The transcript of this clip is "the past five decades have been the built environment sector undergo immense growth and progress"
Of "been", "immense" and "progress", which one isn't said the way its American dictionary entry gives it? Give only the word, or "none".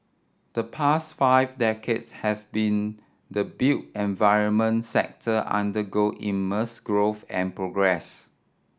immense